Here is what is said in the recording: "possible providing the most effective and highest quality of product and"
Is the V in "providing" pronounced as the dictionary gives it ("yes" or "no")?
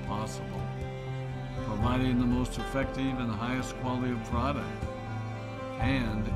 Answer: yes